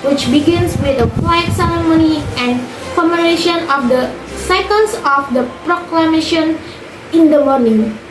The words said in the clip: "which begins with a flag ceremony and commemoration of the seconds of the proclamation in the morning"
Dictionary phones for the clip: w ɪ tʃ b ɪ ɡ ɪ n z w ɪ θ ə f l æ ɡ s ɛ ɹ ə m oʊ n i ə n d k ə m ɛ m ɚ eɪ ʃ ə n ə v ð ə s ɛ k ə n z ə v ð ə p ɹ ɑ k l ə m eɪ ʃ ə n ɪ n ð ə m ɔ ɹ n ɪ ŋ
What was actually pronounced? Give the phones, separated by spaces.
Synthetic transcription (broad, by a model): w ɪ tʃ b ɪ ɡ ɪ n s w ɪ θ ə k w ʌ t s ɛ ɹ ə m oʊ n i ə n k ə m m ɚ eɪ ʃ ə n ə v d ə s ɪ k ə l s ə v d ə p ɹ ɑ k l ə m eɪ ʃ ə n ɪ n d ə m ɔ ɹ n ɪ ŋ